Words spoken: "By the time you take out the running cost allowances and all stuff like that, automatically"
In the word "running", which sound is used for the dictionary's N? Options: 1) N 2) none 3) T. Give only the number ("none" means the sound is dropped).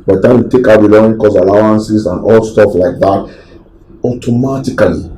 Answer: 2